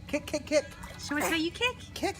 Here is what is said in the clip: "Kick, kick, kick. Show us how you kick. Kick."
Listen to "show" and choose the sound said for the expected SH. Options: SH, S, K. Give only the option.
S